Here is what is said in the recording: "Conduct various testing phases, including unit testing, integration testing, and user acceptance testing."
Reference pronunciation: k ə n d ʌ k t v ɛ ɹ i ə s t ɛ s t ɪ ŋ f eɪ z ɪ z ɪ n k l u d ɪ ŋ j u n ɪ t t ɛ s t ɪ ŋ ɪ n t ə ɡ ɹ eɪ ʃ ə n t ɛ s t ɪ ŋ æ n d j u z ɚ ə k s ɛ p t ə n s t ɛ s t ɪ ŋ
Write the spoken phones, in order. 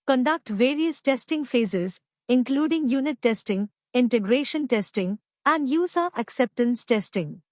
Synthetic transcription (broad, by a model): k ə n d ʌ k t v ɛ ɹ i ə s t ɛ s t ɪ ŋ f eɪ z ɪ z ɪ n k l u d ɪ ŋ j u n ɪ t t ɛ s t ɪ ŋ ɪ n t ə ɡ ɹ eɪ ʃ ə n t ɛ s t ɪ ŋ æ n d j u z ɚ ə k s ɛ p t ə n s t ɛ s t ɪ ŋ